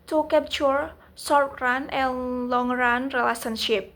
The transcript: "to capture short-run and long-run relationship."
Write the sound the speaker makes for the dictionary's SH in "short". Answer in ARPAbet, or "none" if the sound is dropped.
S